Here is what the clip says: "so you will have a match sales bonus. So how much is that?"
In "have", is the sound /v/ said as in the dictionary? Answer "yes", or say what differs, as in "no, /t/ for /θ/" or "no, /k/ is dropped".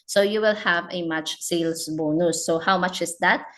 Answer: yes